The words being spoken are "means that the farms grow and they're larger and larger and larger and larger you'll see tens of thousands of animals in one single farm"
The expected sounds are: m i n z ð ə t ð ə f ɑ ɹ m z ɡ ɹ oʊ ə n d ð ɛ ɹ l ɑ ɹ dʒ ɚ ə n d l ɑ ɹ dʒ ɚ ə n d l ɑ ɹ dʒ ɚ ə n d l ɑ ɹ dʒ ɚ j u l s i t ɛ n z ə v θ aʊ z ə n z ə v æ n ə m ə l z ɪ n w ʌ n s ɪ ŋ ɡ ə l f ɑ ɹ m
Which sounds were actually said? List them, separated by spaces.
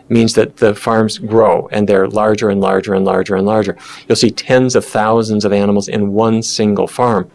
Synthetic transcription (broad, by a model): m i n z ð ə t ð ə f ɑ ɹ m z ɡ ɹ oʊ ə n ð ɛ ɹ l ɑ ɹ dʒ ɚ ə n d l ɑ ɹ dʒ ɚ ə n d l ɑ ɹ dʒ ɚ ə n l ɑ ɹ dʒ ɚ j u l s i t ɛ n z ə v θ aʊ z ə n z ə v æ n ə m l z ɪ n w ʌ n s ɪ ŋ ɡ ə l f ɑ ɹ m